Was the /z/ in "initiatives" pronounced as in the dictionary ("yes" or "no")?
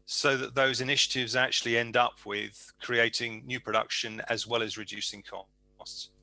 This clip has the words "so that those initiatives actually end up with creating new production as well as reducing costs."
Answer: yes